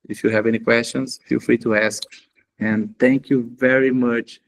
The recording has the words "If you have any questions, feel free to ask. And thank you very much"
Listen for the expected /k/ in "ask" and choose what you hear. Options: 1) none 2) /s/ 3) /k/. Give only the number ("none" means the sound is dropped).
3